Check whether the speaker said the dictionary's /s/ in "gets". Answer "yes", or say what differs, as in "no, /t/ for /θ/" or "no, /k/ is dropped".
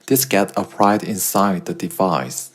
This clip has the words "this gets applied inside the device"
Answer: no, /s/ is dropped